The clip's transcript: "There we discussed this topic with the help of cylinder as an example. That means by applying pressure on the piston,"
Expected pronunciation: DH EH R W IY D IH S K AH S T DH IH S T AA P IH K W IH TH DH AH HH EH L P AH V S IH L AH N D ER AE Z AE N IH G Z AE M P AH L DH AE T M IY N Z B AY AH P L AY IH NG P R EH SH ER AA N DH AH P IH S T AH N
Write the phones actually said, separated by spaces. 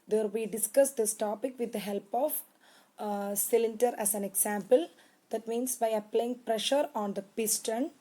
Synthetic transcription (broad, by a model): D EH R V IY D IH S K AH S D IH S T AA P IH K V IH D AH HH EH L P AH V S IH L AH N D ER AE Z AE N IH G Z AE M P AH L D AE T M IY N S B AY AH P L AY IH NG P R EH SH ER AA N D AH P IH S T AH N